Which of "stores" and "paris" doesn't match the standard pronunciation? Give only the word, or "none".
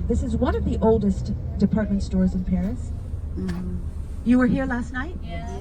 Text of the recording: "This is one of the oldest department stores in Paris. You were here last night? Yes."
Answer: none